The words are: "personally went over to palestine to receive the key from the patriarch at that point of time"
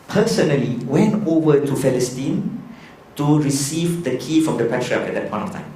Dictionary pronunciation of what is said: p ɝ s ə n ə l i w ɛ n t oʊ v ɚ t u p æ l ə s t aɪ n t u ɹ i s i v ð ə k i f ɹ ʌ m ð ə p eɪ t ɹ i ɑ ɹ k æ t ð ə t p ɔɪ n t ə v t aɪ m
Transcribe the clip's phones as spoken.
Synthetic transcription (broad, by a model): p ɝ s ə n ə l i w ɛ n t oʊ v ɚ t u f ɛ l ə s t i n t u ɹ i s i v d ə k i f ɹ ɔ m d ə p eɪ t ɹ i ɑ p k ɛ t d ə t p ɔɪ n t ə f t aɪ m